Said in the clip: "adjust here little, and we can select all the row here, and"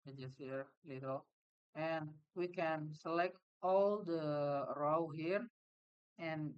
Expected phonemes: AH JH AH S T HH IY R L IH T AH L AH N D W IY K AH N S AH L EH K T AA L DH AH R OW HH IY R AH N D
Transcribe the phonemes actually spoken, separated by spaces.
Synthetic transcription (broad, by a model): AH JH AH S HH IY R L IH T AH L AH N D W IY K AH N S AH L EH K T AA L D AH R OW HH IY R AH N